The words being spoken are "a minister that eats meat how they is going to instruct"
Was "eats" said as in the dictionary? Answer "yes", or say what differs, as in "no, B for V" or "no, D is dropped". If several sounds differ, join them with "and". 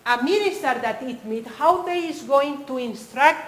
no, S is dropped